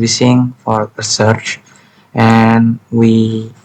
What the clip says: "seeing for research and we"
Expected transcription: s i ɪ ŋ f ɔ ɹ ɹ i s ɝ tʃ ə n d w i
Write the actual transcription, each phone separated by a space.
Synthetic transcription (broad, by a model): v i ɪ ŋ f ɔ ɹ ɹ i s ɝ tʃ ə n w i